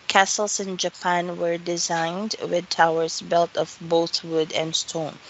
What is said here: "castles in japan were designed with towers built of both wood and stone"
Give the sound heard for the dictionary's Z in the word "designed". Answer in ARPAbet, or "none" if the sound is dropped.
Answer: Z